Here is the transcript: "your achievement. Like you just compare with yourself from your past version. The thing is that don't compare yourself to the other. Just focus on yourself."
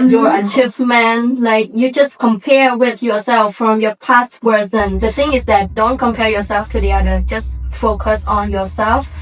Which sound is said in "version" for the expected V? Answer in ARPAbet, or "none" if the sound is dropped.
W